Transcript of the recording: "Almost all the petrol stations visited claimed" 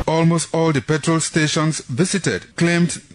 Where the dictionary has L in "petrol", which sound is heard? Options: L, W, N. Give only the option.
L